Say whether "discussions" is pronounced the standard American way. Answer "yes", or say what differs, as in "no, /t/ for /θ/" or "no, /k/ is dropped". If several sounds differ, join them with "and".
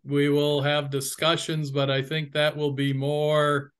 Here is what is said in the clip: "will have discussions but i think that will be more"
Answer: yes